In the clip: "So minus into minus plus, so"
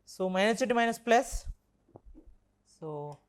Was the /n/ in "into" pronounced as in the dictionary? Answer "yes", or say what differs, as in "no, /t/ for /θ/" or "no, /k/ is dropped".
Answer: no, /n/ is dropped